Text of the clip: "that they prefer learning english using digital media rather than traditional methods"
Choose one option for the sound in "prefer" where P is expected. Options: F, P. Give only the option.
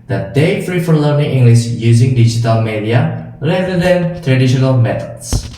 F